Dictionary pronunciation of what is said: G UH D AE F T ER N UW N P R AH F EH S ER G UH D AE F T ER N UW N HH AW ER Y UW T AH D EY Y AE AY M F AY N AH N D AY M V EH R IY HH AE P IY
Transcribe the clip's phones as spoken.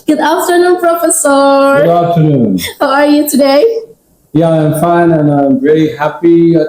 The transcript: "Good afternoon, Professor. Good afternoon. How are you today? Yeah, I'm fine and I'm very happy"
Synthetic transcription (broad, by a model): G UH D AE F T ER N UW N P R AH F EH S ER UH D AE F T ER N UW N HH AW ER Y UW T AH D EY Y AE AY M F AY N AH N AY M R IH L IY HH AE P IY